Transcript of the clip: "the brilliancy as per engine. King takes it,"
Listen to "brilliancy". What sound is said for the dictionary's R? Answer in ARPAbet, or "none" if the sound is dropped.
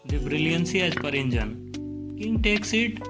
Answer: R